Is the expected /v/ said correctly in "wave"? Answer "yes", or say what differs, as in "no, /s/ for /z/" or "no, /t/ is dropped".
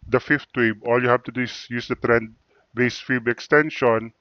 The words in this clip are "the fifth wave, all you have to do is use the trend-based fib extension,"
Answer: no, /b/ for /v/